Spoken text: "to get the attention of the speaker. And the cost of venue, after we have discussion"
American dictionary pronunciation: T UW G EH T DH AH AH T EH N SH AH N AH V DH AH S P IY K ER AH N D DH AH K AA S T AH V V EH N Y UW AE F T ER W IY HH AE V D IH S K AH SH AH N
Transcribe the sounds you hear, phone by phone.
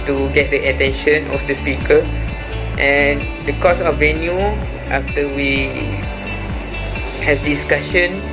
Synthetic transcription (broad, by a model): T UW G EH T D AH AH T EH N SH AH N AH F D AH S P IY K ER AH N D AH K AA S AH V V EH N Y UW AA F T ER W IY HH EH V D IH S K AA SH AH N